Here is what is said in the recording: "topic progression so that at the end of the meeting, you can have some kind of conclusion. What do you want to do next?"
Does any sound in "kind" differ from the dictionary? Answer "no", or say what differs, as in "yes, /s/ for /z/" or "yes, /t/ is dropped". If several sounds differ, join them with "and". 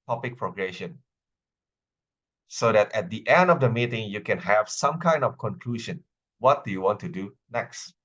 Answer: no